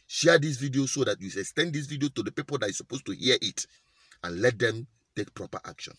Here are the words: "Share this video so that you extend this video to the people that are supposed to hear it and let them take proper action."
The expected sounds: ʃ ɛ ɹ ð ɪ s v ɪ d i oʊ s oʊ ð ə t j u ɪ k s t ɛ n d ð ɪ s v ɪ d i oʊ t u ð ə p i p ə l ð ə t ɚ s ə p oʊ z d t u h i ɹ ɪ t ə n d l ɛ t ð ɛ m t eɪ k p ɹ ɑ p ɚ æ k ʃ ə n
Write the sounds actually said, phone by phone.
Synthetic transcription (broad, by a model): ʃ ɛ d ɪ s v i d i oʊ s oʊ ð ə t j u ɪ s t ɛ n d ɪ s v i d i oʊ t u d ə p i p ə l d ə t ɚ s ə p oʊ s t u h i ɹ ɪ t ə n l ɛ t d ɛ m t eɪ k p ɹ ɑ p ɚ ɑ k ʃ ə n